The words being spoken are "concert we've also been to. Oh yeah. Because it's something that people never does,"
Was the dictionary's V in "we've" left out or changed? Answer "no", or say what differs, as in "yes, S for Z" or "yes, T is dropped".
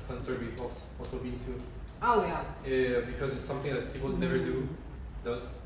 yes, P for V